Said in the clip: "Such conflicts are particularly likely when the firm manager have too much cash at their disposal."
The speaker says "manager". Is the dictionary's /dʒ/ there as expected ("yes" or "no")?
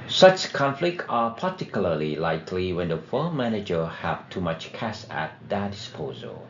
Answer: yes